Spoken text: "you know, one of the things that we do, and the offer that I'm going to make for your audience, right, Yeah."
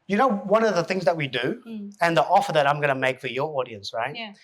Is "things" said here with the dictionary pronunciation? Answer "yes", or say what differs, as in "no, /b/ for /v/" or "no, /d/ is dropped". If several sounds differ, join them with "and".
yes